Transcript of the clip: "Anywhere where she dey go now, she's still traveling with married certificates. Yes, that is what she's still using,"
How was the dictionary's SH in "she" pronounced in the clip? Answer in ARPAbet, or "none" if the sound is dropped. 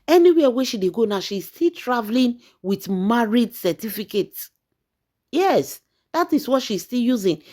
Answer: SH